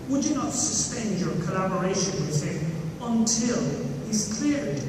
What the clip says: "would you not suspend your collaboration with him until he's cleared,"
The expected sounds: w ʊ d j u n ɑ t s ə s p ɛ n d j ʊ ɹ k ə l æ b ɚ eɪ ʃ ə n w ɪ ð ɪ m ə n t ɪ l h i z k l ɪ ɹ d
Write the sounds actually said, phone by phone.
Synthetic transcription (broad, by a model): w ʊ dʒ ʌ n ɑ t s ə s p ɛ n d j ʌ ɹ k ə l æ b ɚ eɪ ʃ ə n w ɪ ð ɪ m ə n t ɪ l h i z k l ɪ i